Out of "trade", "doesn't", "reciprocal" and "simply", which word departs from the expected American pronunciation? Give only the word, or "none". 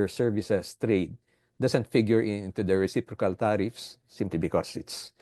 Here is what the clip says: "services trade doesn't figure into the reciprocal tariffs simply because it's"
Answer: doesn't